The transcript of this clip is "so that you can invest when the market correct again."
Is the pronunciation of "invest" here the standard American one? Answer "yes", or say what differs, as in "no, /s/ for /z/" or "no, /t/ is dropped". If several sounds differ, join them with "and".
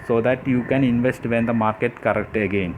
yes